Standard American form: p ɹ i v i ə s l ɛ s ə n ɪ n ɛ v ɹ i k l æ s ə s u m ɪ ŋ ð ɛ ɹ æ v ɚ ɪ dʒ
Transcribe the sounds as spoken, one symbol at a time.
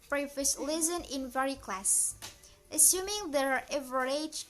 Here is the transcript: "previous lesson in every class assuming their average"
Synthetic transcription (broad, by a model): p ɹ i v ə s l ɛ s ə n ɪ n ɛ ɹ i k l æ s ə s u m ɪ ŋ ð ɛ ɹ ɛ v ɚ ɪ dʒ